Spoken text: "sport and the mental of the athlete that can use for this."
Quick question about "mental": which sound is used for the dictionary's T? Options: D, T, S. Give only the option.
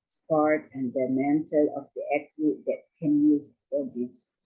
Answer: T